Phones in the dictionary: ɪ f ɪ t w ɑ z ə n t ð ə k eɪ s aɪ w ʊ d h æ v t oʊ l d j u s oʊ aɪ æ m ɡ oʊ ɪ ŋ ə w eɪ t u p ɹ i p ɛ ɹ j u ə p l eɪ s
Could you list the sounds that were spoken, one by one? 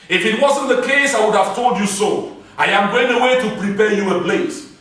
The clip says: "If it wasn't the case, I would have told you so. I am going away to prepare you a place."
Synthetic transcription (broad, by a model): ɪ f ɪ t w ɑ z ə n t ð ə k eɪ s aɪ w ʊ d h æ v t oʊ l d j u s oʊ aɪ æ m ɡ oʊ ɪ ŋ ə w eɪ t u p ɹ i p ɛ j u ə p l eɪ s